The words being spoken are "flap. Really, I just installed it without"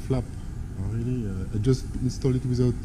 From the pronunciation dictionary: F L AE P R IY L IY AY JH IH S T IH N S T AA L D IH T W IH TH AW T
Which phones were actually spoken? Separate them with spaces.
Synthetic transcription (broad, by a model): F L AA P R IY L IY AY JH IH S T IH N S T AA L IH T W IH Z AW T